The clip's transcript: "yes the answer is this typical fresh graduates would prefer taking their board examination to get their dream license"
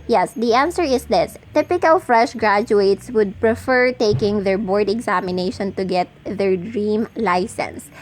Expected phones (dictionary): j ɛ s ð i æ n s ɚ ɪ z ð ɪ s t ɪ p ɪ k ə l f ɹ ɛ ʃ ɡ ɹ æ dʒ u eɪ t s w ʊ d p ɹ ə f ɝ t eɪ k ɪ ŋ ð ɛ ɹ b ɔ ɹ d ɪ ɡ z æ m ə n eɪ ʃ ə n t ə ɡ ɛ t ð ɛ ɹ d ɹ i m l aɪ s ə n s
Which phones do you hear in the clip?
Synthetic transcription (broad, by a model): j ɛ s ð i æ n s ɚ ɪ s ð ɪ s t ɪ p ɪ k ə l f ɹ ɛ ʃ ɡ ɹ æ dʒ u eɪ t s w ʊ d p ɹ ə f ɝ t eɪ k ɪ ŋ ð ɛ ɹ b ɔ ɹ d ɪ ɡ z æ m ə n eɪ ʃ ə n t ə ɡ ɛ t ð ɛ ɹ d ɹ i m l aɪ s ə n s